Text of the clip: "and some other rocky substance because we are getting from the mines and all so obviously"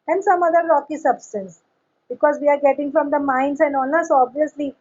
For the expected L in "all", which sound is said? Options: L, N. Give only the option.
N